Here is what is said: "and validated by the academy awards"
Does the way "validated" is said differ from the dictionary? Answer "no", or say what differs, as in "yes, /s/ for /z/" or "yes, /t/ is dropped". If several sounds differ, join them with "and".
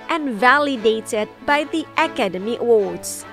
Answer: no